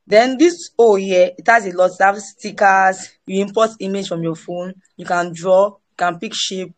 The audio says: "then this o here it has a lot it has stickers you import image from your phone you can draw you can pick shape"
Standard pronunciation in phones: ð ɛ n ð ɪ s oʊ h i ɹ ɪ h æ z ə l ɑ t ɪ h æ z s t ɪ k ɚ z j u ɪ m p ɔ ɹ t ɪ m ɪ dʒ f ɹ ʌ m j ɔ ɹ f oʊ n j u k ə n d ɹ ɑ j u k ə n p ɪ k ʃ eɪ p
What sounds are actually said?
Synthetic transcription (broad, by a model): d ɛ n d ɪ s oʊ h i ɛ ɪ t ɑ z ə l ɑ t ɪ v s t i k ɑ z j u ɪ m p ɔ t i m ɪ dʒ f ɹ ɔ m j ɔ f oʊ n j u k ə n d ɹ ɑ j u k ə n p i k ʃ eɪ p